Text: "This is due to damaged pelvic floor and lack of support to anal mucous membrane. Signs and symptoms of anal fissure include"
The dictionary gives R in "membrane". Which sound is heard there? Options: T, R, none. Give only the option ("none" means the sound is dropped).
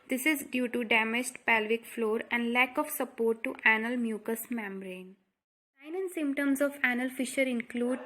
R